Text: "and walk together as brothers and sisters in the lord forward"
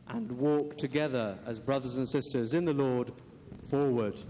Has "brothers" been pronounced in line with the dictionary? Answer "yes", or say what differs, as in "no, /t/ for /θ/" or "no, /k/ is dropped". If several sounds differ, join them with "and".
yes